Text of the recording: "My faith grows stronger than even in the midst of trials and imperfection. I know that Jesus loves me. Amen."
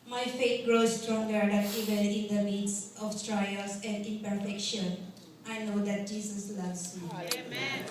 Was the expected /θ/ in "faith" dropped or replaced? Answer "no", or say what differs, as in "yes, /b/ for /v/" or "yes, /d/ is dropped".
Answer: yes, /t/ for /θ/